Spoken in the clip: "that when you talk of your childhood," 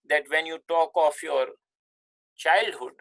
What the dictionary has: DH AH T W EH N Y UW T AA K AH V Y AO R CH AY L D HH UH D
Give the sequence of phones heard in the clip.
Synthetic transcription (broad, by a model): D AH T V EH N Y UW T AA K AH F Y AO R CH AY L D HH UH D